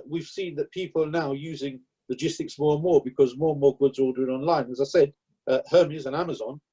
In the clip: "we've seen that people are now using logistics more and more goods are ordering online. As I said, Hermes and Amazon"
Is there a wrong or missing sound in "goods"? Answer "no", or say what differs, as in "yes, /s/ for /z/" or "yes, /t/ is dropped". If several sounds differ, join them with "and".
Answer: no